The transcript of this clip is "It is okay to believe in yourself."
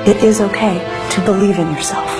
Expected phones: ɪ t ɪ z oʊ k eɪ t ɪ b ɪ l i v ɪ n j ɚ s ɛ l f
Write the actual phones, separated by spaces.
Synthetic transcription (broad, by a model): ɪ t ɪ z oʊ k eɪ t ɪ b ɪ l i v ɪ n j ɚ s ɛ l f